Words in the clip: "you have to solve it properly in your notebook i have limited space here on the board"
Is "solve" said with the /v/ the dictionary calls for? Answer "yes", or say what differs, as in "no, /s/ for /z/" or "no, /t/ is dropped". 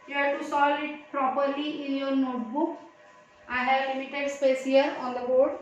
no, /v/ is dropped